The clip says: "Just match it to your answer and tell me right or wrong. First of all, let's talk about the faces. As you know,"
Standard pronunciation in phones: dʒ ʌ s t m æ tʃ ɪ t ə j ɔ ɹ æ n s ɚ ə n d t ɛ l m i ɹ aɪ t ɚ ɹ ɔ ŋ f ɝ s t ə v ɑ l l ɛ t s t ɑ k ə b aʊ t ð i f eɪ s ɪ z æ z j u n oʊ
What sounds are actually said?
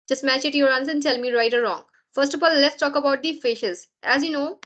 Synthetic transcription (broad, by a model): dʒ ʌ s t m æ tʃ ɪ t j ɔ ɹ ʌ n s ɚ ə n d t ɛ l m i ɹ aɪ t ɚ ɹ ɔ ŋ f ɝ s t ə f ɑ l l ɛ t s t ɑ k ə b aʊ t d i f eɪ ʃ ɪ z æ z j u n oʊ